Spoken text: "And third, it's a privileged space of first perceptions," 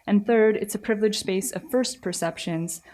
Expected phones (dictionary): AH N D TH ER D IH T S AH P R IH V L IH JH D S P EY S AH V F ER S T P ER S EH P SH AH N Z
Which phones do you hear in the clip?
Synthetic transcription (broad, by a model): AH N TH ER D IH T S AH P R IH V L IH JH S P EY S AH V F ER S T P ER S EH P SH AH N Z